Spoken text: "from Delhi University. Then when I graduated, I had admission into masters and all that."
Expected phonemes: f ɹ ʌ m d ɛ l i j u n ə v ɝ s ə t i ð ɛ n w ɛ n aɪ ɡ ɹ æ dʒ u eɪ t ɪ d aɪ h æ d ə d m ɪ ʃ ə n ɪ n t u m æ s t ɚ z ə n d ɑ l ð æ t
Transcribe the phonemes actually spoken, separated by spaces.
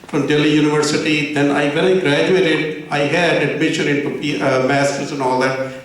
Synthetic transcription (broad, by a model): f ɹ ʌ m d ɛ l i j u n ə v ɝ s ə t i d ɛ n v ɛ l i ɡ ɹ æ dʒ u eɪ t ɪ d aɪ h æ d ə d m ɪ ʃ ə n ɪ n t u m æ s t ɚ z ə n ɑ l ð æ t